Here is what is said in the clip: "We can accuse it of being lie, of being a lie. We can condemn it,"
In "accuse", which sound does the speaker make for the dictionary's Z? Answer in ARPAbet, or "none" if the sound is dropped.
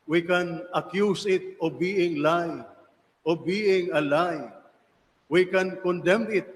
S